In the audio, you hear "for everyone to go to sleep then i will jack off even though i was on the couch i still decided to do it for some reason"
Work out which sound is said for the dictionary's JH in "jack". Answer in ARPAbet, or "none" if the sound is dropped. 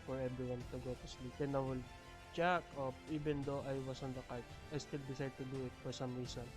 CH